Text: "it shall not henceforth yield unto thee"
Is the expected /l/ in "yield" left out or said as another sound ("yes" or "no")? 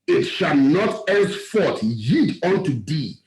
yes